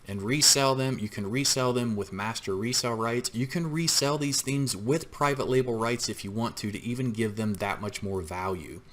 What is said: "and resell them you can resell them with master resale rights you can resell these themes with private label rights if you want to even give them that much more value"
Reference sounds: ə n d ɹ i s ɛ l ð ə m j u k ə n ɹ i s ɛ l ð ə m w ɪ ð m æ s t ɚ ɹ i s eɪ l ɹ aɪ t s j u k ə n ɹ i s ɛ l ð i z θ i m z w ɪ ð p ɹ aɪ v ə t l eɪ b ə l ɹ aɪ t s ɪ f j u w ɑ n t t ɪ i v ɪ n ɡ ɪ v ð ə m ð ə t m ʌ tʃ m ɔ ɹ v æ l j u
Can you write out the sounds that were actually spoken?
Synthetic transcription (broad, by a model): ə n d ɹ i s ɛ l ð ə m j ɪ k ə n ɹ i s ɛ l ð ə m w ɪ ð m æ s t ɚ ɹ i s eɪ l ɹ aɪ t s j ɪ k ə n ɹ i s ɛ l ð i z θ i m z w ɪ ð p ɹ aɪ v ə t l eɪ b l ɹ aɪ t s ɪ f j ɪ w ɑ n t t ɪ i v ɪ n ɡ ɪ v ð ə m ð ə t m ʌ tʃ m ɔ ɹ v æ l j u